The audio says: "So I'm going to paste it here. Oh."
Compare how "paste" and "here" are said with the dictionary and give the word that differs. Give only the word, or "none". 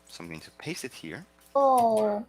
paste